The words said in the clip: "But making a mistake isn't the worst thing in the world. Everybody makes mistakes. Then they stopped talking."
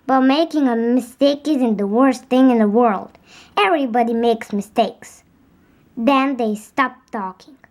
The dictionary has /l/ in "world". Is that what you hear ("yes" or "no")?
yes